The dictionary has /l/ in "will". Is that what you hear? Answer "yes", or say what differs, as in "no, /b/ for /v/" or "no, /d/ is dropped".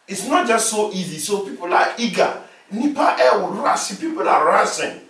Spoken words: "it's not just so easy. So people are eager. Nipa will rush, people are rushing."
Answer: no, /w/ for /l/